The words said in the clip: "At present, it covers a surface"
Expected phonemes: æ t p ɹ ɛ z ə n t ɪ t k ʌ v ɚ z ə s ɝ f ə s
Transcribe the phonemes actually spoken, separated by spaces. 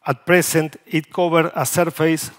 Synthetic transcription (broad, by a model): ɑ t p ɹ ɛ s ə n t ɪ t k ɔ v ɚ ə s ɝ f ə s